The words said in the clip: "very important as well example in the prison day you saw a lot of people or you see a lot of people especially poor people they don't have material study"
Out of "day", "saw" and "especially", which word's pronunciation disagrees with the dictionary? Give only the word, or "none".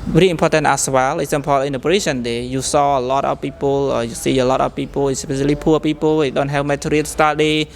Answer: especially